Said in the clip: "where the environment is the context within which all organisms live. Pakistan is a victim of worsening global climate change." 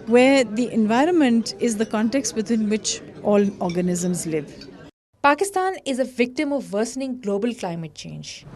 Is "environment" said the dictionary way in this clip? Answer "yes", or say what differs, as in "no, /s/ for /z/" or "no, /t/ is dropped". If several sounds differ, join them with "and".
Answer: yes